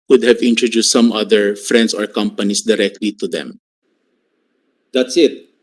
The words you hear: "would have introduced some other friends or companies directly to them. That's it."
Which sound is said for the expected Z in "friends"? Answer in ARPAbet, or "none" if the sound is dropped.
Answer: S